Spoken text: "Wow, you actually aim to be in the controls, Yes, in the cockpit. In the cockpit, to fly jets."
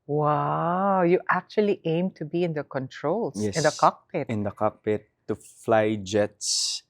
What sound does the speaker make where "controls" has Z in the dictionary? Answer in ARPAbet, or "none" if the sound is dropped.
none